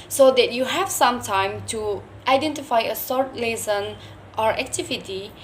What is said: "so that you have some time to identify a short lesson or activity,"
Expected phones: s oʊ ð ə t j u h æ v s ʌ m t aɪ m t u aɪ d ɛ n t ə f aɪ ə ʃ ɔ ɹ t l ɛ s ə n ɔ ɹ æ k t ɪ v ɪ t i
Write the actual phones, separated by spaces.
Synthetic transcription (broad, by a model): s oʊ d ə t j u h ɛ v s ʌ m t aɪ m t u aɪ d ɛ n t ə f aɪ ə s ɔ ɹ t l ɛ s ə n ɔ ɹ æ k t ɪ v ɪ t i